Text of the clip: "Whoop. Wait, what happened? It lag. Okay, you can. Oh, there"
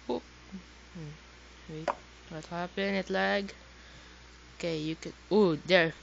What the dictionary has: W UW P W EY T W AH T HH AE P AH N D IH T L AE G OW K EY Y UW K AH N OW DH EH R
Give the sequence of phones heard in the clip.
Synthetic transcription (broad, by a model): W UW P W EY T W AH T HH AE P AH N IH T L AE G OW K EY Y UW K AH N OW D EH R